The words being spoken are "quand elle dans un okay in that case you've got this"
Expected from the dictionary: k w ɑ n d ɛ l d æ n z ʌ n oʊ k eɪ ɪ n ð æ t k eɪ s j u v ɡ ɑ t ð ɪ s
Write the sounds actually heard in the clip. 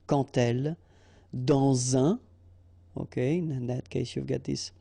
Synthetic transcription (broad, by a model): k ɑ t ɛ l d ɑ z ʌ oʊ k eɪ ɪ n ð æ t k eɪ s j u v ɡ ɑ t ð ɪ s